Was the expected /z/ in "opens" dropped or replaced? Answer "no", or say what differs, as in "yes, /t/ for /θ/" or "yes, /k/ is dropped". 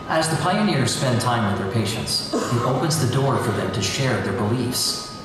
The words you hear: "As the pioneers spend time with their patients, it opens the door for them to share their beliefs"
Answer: no